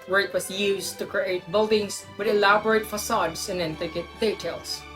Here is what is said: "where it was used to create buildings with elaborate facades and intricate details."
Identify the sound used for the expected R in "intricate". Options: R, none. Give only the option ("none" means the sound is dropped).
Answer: none